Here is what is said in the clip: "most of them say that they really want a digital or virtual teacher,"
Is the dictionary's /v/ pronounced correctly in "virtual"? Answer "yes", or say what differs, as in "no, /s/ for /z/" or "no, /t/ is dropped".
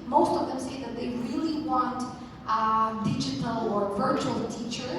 yes